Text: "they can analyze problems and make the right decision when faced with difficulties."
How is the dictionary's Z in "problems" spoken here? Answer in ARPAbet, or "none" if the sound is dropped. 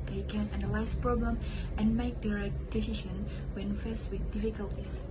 none